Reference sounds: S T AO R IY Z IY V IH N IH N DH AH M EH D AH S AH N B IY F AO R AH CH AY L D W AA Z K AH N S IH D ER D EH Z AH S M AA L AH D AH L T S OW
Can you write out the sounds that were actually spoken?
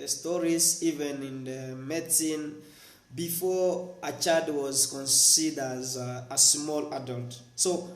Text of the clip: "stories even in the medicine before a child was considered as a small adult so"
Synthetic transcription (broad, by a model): S T AO R IY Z IY V IH N IH N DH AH M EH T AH N B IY F AO AH CH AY D W AA Z K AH N S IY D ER Z AH S M AA L AH D AH L T S OW